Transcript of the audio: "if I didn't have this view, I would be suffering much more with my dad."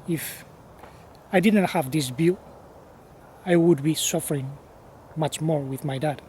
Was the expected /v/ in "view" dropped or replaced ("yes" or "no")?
yes